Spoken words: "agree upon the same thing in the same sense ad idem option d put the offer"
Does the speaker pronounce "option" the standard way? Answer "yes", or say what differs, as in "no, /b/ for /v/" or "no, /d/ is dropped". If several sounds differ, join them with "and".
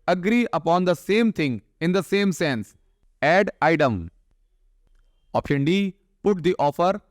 no, /ʃ/ is dropped